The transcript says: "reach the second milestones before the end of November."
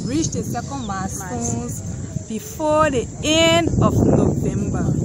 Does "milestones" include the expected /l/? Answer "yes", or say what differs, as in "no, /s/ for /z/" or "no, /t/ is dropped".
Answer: no, /l/ is dropped